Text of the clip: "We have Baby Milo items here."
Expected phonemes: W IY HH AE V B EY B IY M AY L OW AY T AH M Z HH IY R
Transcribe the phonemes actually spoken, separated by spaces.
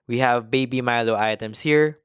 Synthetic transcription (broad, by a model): W IY HH AE V B EY B IY M AY L OW AY T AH M S HH IY R